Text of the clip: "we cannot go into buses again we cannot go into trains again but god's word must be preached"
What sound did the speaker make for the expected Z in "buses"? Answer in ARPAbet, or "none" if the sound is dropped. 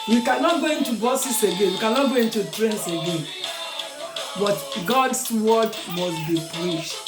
S